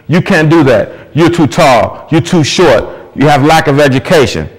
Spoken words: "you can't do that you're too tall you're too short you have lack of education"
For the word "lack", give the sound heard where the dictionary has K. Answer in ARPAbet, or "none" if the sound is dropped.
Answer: K